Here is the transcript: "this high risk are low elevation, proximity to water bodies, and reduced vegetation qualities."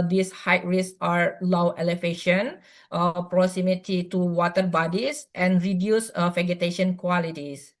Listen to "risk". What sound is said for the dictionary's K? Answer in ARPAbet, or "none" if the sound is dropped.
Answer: none